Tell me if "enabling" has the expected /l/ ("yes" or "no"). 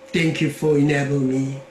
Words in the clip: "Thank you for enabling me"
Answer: no